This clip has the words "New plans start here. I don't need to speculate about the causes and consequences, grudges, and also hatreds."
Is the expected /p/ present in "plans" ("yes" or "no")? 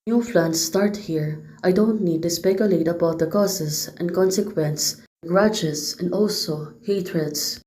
no